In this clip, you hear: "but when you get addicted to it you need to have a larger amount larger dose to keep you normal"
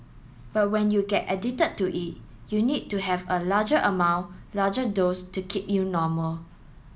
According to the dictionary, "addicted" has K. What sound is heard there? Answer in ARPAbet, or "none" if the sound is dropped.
none